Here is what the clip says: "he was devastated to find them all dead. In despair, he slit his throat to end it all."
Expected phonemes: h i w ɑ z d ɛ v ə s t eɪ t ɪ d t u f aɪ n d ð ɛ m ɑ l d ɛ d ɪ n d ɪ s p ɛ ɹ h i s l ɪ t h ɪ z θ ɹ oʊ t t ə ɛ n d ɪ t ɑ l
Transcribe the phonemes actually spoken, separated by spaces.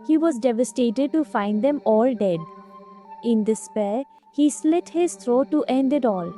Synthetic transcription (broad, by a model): h i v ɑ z d ɛ v ə s t eɪ t ɪ d t u f aɪ n d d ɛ m ɑ l d ɛ d ɪ n d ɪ s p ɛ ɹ h i s l ɪ t h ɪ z t ɹ oʊ t t ɛ n d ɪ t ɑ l